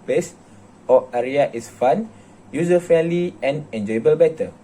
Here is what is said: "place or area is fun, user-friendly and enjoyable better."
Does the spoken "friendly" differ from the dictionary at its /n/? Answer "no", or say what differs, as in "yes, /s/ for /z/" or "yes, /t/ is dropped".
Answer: yes, /n/ is dropped